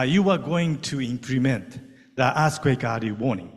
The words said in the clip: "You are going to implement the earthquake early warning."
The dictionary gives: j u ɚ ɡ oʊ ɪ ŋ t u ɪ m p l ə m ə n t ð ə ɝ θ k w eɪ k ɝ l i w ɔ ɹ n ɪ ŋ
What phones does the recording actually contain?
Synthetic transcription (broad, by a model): j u ɚ ɡ oʊ ɪ ŋ t u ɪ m p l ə m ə n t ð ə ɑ s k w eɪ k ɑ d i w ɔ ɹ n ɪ ŋ